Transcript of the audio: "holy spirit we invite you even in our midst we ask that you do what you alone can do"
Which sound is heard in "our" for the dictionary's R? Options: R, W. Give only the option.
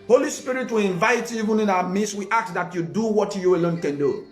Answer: W